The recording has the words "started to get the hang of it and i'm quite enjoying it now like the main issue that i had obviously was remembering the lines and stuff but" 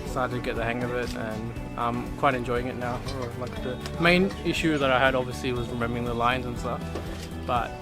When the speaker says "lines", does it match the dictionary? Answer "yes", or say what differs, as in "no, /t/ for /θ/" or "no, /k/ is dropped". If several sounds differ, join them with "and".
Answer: yes